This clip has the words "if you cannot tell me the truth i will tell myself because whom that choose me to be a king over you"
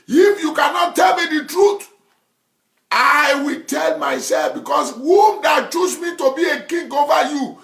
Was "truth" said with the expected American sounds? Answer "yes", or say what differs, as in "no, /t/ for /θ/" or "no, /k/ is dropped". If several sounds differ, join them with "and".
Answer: no, /t/ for /θ/